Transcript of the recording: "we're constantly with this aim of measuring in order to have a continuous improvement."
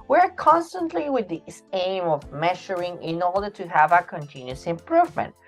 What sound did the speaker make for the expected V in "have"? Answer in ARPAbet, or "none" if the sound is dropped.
V